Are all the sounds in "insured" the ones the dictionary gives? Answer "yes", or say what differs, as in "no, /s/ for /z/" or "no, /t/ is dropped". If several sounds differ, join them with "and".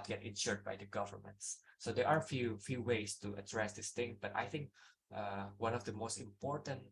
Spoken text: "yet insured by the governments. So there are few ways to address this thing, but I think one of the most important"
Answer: yes